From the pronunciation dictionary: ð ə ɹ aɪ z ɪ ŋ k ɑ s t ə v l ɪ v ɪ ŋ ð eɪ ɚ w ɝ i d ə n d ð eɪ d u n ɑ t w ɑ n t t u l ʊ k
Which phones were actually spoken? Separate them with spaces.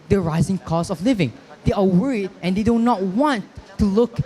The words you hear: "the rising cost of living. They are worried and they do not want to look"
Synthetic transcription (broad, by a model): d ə ɹ aɪ z ɪ ŋ k ɑ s ə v l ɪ v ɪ ŋ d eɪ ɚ w ɝ i d ə n d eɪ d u n ɑ t w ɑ n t t u l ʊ k